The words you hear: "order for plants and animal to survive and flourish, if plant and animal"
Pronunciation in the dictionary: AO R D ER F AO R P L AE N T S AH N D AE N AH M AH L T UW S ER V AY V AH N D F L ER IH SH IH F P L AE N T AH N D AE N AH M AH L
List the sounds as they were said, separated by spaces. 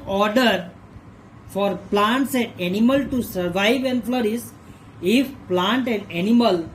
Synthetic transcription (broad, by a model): AO R D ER F AO R P L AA N T S AH N D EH N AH M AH L T UW S ER V AY V AH N D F L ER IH S IH F P L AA N T AH N D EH N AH M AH L